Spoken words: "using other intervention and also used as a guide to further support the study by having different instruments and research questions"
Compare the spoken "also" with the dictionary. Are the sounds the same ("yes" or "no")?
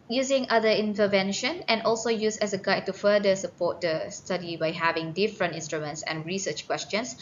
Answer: yes